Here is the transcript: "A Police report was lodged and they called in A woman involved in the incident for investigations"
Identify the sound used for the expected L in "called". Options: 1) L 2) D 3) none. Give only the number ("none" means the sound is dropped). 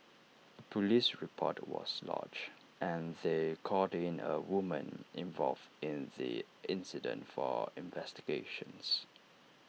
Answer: 3